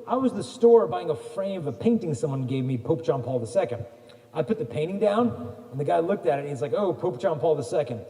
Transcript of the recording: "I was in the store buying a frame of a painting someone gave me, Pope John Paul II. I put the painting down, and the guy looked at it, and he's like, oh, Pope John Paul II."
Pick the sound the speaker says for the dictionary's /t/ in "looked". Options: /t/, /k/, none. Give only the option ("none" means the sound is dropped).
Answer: /t/